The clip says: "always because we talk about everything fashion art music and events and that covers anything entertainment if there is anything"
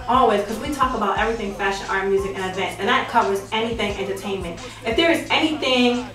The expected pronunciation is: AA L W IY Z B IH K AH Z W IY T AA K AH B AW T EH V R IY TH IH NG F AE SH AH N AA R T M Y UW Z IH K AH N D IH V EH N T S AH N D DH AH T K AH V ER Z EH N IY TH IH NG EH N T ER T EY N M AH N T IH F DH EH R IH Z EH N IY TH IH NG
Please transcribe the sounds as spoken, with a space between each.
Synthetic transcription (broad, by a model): AA L W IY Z K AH Z W IY T AA K AH B AW T EH V R IY TH IH NG F AE SH AH N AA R M Y UW Z IH K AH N D V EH N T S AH N DH AH T K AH W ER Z EH N IY TH IH NG EH N T ER T EY N M AH N T IH F DH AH R IH Z EH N IY TH IH NG